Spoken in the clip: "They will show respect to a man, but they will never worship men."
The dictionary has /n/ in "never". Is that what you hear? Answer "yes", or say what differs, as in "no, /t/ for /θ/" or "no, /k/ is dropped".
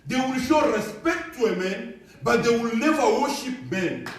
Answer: no, /l/ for /n/